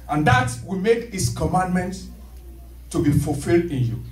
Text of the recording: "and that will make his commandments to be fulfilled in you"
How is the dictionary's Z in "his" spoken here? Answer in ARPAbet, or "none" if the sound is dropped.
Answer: S